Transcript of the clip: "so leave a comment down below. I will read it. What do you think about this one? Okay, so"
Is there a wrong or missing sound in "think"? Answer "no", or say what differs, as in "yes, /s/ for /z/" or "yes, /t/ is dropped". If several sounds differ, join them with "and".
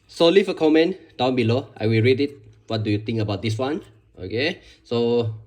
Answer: yes, /t/ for /θ/